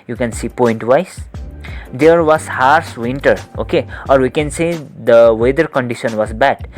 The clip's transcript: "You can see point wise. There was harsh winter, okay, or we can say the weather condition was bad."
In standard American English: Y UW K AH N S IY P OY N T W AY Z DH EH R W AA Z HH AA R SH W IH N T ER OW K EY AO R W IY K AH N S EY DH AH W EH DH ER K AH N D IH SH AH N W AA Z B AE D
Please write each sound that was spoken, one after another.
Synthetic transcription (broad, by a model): Y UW K AH N S IY P OY N T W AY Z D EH R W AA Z HH AA R S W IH N T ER OW K EY AO R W IY K AH N S EY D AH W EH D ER K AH N D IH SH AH N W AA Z B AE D